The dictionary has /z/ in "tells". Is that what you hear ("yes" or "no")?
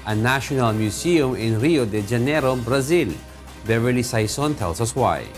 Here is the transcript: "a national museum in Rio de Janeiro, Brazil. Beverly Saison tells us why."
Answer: no